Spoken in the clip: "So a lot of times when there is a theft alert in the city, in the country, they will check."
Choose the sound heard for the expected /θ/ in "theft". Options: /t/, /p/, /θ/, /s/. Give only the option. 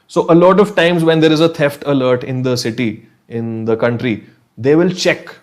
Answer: /t/